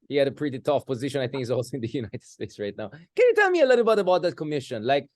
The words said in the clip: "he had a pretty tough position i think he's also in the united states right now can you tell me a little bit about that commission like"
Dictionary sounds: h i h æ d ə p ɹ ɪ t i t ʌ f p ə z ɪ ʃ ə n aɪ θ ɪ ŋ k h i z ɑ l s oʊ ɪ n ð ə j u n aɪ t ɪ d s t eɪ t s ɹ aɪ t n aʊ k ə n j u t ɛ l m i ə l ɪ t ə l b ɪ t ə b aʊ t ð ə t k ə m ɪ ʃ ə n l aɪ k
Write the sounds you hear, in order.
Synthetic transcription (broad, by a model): h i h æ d ə p ɹ ɪ t i t ʌ f p ə z ɪ ʃ ə n aɪ θ ɪ ŋ k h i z ɑ l s oʊ ɪ n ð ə j u n aɪ t ɪ d s t eɪ t s ɹ aɪ t n aʊ k ə n j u t ɛ l m i ə l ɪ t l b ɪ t ə b aʊ t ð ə t k ə m ɪ ʃ ə n l aɪ k